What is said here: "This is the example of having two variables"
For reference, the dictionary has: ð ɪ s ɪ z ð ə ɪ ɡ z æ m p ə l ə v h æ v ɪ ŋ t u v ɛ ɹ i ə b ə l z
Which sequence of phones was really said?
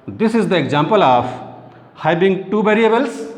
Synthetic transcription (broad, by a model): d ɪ s ɪ z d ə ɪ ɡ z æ m p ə l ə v h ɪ b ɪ ŋ t u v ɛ ɹ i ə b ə l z